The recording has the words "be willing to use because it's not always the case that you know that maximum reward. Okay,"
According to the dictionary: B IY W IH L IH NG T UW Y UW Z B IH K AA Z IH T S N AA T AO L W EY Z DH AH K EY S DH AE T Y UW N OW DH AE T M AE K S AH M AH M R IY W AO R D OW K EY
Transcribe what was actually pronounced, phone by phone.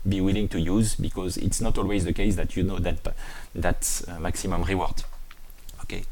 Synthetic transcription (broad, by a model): B IY W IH L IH NG T UW Y UW Z B IH K AA Z IH T S N AA T AO L W EY Z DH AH K EY S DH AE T Y UW N OW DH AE T M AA K S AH M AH M R IY W AO R D OW K EY